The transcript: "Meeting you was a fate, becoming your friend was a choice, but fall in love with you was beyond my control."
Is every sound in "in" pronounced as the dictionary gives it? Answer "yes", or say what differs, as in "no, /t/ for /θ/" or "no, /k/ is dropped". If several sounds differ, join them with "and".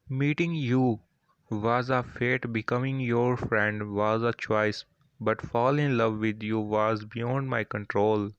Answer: yes